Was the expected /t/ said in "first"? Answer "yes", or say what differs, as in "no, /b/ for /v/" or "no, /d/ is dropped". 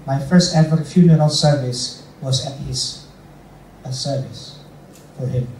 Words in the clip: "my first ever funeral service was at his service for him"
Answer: yes